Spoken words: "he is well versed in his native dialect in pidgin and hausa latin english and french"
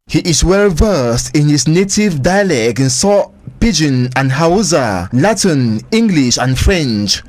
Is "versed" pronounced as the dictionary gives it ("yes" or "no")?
yes